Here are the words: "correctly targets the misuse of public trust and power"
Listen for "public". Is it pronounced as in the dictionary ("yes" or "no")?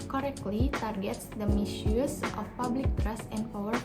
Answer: yes